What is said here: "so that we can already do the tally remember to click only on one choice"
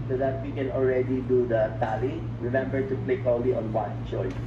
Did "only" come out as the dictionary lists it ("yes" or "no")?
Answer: no